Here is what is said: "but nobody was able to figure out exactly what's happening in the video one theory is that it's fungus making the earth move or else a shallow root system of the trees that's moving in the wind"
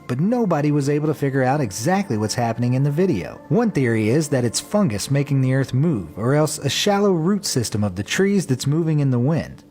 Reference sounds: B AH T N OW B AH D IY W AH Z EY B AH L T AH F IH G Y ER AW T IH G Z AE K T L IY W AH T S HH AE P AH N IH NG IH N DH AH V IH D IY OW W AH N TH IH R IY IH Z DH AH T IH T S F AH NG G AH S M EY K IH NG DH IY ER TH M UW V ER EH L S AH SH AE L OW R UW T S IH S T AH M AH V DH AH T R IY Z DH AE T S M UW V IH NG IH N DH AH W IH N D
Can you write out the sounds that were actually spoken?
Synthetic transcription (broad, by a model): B AH T N OW B AH D IY W AH Z EY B L T AH F IH G Y ER AW T IH G Z AE K T L IY W AH T S HH AE P AH N IH NG IH N DH AH V IH D IY OW W AH N TH IH R IY IH Z DH AH T IH T S F AH NG G AH S M EY K IH NG DH IY ER TH M UW V ER EH L S AH SH AE L OW R UW T S IH S T AH M AH V DH AH T R IY Z DH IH T S M UW V IH NG IH N DH AH W IH N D